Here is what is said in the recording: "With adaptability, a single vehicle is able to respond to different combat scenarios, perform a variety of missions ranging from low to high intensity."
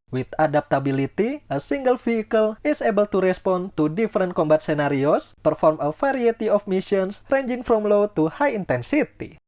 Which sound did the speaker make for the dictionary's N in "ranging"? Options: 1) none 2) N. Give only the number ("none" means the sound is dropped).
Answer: 2